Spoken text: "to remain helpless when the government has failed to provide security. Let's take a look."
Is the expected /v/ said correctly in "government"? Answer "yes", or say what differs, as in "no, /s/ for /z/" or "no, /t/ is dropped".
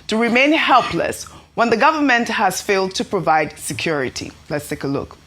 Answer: yes